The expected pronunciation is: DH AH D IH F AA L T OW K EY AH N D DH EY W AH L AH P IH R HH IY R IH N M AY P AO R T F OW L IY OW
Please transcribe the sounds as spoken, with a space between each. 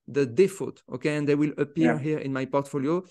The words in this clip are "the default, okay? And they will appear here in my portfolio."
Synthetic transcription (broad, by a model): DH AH D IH F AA T OW K EY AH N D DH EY W AH L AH P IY R HH IY R IH N M AY P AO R T F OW L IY OW